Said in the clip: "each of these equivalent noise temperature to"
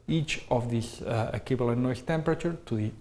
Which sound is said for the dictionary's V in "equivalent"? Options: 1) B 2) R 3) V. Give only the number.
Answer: 1